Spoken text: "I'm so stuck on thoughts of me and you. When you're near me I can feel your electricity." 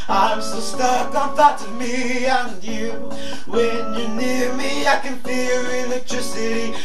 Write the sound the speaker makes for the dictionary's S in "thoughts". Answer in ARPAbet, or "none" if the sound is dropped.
none